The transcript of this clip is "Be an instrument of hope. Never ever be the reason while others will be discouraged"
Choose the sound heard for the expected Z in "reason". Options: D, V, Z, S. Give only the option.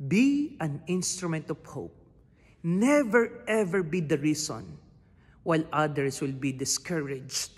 S